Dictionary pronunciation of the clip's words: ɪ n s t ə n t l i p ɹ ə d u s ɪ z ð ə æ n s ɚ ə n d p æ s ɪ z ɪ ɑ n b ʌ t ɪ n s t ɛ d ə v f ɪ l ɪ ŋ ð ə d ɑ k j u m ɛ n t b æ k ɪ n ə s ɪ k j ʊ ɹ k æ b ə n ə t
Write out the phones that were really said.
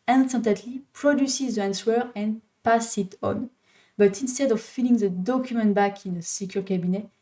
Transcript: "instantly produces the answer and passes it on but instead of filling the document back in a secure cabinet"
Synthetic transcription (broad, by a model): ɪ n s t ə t l i p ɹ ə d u s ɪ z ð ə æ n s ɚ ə n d p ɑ s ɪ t ɑ n b ʌ t ɪ n s t ɛ d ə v f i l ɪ ŋ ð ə d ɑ k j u m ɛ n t b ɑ k ɪ n ə s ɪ k j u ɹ k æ b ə n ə